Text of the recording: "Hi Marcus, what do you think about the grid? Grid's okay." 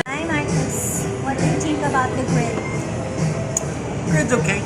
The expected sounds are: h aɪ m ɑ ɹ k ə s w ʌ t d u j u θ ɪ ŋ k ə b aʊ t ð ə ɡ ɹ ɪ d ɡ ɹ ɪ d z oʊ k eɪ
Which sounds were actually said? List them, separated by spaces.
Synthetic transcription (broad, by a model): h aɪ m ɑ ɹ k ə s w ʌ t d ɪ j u t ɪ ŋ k ə b aʊ t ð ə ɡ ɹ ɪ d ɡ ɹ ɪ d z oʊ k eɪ